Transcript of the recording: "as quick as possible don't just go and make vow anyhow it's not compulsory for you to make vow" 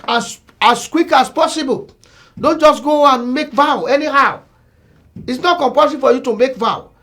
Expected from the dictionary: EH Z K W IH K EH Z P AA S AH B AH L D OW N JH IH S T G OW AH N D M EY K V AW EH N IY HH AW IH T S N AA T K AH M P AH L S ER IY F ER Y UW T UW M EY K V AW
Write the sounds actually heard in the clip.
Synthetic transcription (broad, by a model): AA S K W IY K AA S P AA S AH B AH L D OW N JH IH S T G OW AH N M EY K V AW EH N IY HH AW IH T S N AA T K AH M P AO S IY F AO Y UW T UW M EY K V AW